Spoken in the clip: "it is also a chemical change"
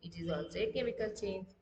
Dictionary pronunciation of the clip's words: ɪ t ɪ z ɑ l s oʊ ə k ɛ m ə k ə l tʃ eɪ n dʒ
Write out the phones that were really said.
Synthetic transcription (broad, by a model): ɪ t ɪ z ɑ s ə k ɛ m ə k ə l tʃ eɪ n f